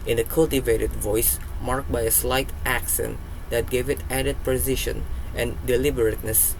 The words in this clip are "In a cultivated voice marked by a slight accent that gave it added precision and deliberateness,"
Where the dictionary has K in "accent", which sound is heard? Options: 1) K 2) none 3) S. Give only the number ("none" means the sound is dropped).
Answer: 1